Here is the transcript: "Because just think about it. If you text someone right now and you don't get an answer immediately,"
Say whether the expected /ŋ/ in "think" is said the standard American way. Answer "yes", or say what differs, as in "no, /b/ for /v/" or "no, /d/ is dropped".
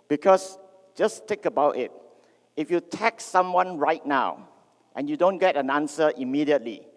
no, /ŋ/ is dropped